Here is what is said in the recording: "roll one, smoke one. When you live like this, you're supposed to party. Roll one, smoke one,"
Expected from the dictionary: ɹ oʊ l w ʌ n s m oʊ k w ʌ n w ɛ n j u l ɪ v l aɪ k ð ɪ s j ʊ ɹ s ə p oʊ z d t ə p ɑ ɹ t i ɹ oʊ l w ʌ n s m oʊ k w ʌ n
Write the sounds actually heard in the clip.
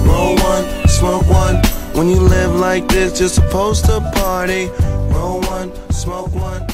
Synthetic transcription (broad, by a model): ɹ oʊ w ʌ n s m oʊ k w ʌ n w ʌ n j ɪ l ɪ v l aɪ k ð ɪ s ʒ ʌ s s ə p oʊ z t ə p ɑ ɹ t i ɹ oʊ w ʌ n s m oʊ k w ʌ n